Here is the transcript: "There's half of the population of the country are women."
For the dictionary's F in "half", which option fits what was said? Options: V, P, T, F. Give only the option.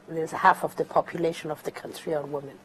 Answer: F